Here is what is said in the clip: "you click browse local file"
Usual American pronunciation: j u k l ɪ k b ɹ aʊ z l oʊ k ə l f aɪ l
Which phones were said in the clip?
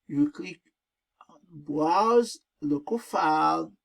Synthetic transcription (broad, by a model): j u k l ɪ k b w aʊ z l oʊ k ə f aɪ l